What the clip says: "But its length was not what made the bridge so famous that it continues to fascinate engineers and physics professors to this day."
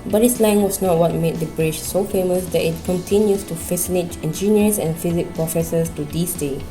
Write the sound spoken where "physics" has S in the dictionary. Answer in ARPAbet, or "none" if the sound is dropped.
none